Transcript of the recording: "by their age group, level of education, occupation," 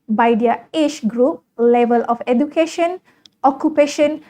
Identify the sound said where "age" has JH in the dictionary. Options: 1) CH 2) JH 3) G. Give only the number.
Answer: 1